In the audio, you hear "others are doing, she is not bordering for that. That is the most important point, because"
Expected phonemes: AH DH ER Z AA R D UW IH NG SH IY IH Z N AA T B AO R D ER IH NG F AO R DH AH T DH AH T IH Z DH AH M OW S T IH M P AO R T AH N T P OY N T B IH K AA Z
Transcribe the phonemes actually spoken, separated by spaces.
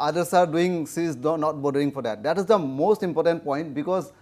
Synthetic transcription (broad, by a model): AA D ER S AA R D UW IH NG S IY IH N AA T B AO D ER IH NG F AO R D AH T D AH T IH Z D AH M OW S T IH M P AO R T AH N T P OY N T B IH K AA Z